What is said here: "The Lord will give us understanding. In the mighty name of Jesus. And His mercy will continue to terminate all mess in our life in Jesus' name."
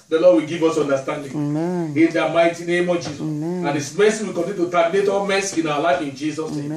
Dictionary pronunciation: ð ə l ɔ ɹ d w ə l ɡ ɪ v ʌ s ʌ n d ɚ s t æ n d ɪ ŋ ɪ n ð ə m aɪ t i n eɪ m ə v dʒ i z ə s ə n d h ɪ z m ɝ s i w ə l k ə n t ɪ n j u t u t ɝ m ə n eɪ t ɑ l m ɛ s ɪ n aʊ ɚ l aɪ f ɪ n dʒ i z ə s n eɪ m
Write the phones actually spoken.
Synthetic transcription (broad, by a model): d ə l ɔ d w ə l ɡ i v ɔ s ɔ n d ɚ s t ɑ n d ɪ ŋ ɪ n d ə m aɪ t i n eɪ m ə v dʒ i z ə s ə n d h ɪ s m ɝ s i w ə l k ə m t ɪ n t u t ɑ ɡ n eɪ t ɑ m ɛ s ɪ n aʊ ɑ l aɪ f ɪ n dʒ i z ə s n eɪ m